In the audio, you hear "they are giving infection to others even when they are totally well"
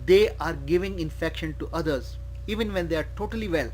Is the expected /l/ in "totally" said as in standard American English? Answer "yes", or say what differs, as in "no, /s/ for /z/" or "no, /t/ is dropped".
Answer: yes